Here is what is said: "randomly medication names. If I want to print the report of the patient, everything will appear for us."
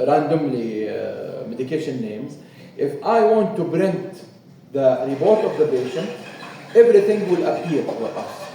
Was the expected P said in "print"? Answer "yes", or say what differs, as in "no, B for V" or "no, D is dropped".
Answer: no, B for P